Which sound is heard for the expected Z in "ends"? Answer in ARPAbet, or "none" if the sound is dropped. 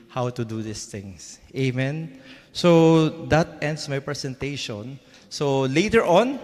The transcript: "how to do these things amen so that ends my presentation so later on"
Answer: S